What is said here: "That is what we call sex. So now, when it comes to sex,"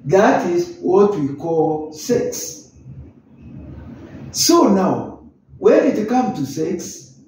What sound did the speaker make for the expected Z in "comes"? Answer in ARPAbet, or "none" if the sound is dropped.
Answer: none